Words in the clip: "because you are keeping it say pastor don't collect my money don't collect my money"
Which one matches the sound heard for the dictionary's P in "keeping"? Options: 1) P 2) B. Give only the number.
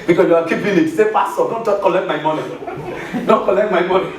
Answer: 2